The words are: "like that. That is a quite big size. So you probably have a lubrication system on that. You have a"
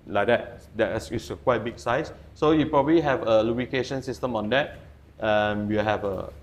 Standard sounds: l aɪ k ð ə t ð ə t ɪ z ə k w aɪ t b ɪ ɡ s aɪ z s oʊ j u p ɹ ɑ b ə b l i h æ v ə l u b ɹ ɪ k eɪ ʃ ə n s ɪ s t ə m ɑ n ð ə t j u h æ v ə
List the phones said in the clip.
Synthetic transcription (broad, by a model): l aɪ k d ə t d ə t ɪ s ə k w aɪ t b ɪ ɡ s aɪ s s oʊ j u p ɹ ɑ b ə b l i h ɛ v ə l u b ɪ k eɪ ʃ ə n s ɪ s t ə m ɑ n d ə t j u h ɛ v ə